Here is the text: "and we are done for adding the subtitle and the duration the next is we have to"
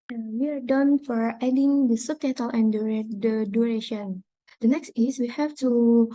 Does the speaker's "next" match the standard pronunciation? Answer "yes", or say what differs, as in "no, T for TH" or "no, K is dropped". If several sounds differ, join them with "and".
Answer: yes